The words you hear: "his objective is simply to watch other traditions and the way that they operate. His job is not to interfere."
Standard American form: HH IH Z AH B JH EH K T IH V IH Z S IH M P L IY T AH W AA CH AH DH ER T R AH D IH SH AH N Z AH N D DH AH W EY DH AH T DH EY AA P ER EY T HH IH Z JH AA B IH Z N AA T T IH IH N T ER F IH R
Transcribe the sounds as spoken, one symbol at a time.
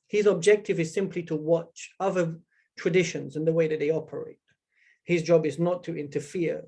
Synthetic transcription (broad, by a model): HH IH Z AH B JH EH K T IH V IH Z S IH M P L IY T AH W AA CH AH DH ER T R AH D IH SH AH N Z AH N DH AH W EY DH AH T DH EY AA P ER EY T HH IH Z JH AA B IH Z N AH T T IH IH N T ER F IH R